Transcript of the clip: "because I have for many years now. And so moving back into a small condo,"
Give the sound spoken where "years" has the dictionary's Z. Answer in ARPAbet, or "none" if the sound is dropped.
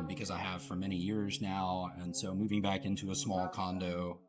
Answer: Z